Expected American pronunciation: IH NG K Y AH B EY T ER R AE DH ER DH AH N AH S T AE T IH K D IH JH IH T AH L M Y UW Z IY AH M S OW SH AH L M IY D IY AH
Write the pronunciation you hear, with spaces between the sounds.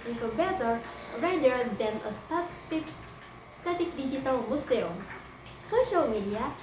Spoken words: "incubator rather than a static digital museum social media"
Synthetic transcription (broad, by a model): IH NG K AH B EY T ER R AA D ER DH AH N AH S T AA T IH K D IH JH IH T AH L M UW S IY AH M S OW SH AH L M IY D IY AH